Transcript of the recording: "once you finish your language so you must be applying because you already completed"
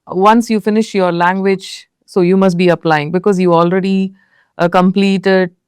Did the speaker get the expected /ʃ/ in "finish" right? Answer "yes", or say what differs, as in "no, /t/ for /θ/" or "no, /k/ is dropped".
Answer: yes